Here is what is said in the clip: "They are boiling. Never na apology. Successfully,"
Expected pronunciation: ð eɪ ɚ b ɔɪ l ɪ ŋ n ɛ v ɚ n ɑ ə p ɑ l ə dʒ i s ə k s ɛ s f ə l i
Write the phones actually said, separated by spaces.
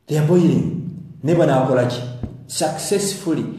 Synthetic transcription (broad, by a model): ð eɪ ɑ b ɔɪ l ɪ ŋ n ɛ b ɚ n ɑ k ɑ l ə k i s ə k s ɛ s f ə l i